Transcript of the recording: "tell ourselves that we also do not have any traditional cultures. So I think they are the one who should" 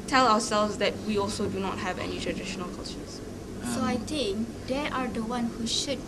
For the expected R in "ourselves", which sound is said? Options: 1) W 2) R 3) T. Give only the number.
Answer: 1